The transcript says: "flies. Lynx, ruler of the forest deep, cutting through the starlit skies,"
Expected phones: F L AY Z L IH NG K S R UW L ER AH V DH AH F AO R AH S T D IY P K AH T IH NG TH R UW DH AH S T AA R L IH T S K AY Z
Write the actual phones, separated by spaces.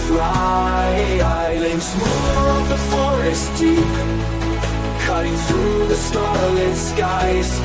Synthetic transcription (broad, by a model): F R AY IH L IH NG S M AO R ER AH V DH AH F AO R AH S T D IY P K AH T IH NG TH R UW DH AH S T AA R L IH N S K AY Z